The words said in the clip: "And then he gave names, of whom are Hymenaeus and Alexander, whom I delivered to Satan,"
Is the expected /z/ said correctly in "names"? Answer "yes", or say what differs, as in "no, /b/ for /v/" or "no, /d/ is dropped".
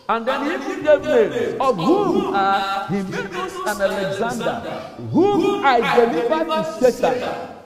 no, /z/ is dropped